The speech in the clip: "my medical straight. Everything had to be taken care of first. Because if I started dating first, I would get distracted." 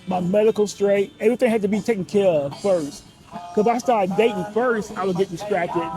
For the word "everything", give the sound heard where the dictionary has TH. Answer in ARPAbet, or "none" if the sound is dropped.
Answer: TH